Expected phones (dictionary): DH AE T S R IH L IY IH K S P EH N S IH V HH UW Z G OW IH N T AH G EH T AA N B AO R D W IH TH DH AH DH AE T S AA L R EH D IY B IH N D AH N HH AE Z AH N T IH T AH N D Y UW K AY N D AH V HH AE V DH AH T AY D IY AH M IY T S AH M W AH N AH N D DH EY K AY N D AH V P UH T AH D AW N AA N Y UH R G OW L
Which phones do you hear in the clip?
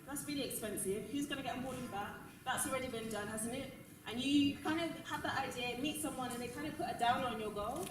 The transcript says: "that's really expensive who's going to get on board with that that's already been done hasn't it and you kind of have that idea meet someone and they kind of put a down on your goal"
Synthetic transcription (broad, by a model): DH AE T S R IH L IY IH K S P EH N S IH V HH UW Z G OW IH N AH G EH T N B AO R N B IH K DH AH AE T S AA L R EH D IY B IH N D AH N HH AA Z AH N T IH T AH N Y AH K AY N D AH V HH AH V DH AH T AY D IY AH M IY T S AH M W AH N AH N DH EY K AY N D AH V P UH T AH D AW N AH N Y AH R G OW L